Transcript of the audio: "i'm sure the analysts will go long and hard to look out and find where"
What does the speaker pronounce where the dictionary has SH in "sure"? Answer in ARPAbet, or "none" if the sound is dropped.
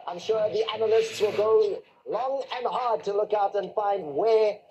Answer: SH